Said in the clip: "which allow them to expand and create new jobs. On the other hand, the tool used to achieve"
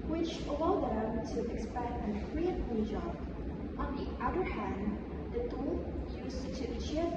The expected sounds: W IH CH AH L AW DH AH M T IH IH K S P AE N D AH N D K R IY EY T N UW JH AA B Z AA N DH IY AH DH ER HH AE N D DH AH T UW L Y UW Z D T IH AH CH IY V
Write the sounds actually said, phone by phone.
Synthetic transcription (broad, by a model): W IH CH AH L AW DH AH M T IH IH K S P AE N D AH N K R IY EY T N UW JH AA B AA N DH IY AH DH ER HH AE N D DH AH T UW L Y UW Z T IH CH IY